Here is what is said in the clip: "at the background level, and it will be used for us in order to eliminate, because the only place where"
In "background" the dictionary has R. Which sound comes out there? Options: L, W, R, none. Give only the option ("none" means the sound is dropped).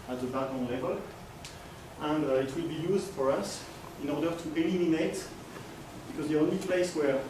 none